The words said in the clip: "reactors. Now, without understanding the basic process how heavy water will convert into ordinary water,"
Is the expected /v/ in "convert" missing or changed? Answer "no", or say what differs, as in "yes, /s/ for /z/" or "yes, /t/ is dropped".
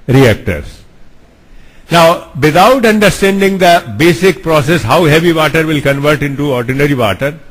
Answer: no